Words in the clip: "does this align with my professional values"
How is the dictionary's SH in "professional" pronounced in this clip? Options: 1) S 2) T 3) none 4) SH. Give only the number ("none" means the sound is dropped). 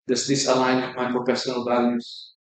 1